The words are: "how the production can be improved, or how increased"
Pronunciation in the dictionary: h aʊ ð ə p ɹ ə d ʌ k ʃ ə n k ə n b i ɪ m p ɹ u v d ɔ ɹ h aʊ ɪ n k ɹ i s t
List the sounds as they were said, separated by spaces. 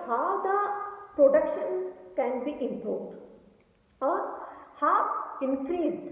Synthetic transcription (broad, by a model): h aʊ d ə p ɹ ə d ʌ k ʃ ə n k ə n b i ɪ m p u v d ɔ ɹ h aʊ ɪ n k ɹ i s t